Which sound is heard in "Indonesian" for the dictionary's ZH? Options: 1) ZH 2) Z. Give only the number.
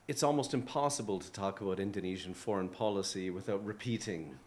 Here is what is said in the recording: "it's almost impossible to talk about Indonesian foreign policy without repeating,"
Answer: 1